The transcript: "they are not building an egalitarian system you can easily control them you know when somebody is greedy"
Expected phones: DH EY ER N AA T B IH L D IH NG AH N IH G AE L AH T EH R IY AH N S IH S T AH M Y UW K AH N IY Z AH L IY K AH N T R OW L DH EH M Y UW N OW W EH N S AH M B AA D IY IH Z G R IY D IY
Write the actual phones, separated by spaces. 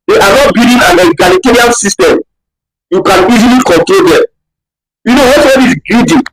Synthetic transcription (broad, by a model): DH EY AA N AA T B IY D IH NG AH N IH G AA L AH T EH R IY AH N S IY S T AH M Y UW K AH N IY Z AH L IY K AH N T R OW L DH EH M Y UW N OW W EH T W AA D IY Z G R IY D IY